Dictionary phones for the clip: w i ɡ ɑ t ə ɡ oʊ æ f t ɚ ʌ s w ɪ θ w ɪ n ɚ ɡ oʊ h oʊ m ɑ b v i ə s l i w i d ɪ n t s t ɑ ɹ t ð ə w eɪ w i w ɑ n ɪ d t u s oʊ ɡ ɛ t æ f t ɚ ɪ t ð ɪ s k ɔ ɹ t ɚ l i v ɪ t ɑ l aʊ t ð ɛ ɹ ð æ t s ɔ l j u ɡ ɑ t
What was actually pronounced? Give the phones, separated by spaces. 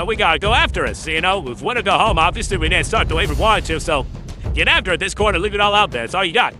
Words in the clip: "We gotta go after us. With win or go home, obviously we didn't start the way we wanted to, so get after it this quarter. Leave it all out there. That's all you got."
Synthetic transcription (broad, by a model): w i ɡ ɑ t ə ɡ oʊ æ f t ɚ ʌ s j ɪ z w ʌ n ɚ ɡ oʊ h oʊ m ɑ v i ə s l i w i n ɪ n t s t ɑ ɹ t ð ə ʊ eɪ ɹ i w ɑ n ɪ t u s oʊ ɡ ɛ t æ f t ɚ ɪ t ð ɪ s k ɔ ɹ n ɚ l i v ɪ t ɑ l aʊ t ð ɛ ɹ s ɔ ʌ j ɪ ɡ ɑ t